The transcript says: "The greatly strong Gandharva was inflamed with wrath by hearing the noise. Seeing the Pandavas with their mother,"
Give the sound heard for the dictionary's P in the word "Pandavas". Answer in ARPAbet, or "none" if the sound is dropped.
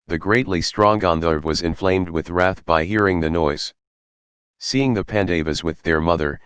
P